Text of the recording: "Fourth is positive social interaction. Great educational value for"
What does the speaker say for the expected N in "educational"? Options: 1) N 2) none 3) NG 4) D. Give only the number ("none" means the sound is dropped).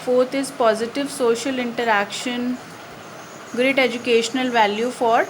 1